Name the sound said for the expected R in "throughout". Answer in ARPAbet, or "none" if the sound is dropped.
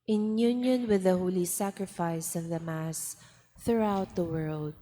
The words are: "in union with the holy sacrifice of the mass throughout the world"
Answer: R